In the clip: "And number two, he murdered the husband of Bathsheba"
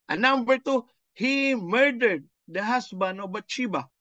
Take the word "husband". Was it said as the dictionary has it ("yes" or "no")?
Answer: no